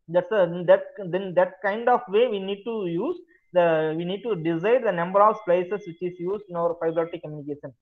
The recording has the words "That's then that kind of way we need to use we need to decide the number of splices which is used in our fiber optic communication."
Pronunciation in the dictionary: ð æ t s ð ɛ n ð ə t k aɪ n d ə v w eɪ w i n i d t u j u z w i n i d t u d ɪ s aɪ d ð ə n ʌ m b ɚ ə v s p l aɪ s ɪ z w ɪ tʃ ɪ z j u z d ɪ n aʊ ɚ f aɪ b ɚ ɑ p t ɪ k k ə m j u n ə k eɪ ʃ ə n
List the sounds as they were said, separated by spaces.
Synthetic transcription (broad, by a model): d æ t s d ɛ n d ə t k aɪ n d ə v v eɪ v i n i d t u j u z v i n i d t u d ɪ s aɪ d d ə n ʌ m b ɚ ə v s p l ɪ s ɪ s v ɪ tʃ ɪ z j u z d ɪ n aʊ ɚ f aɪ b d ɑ t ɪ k k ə m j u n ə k eɪ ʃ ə n